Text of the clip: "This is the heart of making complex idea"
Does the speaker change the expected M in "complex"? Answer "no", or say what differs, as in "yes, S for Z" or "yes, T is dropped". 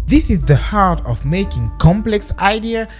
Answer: no